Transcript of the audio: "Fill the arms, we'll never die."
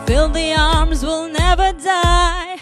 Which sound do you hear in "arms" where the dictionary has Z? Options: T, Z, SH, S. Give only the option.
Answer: Z